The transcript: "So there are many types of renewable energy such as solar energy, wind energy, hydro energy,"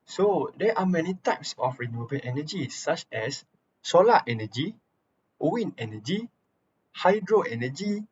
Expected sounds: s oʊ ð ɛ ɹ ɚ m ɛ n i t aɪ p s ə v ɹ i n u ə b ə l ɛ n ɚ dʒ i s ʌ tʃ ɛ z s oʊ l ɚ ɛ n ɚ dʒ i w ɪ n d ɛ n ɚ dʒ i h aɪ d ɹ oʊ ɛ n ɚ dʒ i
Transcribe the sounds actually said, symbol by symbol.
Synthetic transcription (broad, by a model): s oʊ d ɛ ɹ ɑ m ɛ n i t aɪ p s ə f ɹ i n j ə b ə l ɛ n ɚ dʒ i s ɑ tʃ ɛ s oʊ l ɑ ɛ n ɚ dʒ i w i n ɛ n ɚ dʒ i h aɪ d ɹ oʊ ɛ n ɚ dʒ i